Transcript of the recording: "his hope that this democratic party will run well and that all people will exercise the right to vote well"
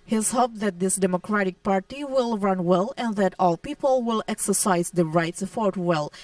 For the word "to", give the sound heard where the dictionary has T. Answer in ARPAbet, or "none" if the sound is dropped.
S